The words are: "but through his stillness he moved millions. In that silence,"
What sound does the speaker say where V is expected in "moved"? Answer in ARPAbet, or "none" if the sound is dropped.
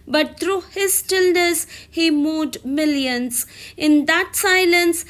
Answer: none